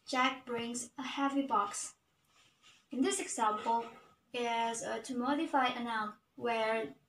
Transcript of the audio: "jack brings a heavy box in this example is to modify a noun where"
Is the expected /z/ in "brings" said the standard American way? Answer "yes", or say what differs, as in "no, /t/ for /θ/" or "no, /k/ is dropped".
yes